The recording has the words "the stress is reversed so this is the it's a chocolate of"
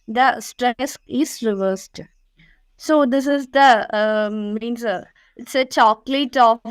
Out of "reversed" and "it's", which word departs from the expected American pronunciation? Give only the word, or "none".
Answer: none